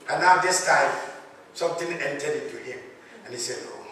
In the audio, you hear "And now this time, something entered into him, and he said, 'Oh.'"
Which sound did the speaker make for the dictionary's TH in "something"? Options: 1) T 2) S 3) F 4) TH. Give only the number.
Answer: 1